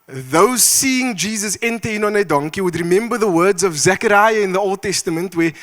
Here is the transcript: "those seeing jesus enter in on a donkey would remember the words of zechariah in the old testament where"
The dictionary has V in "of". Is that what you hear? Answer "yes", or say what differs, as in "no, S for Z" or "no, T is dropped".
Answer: yes